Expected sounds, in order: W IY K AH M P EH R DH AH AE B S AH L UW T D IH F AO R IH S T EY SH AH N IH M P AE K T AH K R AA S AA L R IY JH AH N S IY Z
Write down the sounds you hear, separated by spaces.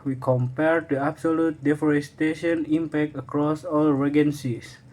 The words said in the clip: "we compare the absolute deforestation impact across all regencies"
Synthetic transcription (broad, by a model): W IY K AH M P EH R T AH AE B S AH L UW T D IH F AO R IH S T EY SH AH N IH M P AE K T AH K R AA S AA L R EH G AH N S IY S